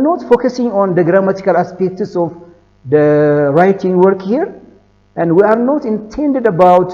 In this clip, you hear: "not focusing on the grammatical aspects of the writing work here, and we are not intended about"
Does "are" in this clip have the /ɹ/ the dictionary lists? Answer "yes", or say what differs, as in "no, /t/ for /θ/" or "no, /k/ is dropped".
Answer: yes